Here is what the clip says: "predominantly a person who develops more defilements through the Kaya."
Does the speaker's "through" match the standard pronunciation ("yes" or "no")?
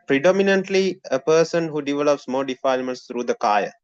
no